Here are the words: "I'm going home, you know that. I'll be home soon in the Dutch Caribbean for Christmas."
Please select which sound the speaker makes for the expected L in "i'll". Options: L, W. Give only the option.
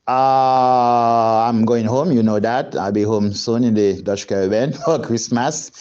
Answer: L